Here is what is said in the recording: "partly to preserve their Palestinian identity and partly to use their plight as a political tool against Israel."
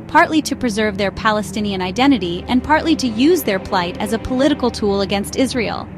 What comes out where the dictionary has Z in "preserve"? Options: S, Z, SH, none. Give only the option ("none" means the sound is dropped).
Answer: Z